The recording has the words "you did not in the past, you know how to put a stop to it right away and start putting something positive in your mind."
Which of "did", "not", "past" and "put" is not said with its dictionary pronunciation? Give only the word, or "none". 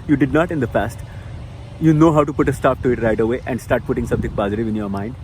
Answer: past